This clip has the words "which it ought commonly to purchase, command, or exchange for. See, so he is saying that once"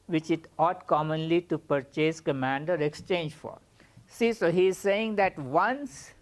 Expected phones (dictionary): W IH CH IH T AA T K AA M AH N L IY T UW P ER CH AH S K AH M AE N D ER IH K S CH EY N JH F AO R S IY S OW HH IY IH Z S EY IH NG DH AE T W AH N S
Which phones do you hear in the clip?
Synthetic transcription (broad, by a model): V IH CH IH T AA T K AA M AH N L IY T UW P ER CH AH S K AH M AE N D ER IH K S CH EY N JH F AO R S IY S OW HH IY IH Z S EY IH NG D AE T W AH N S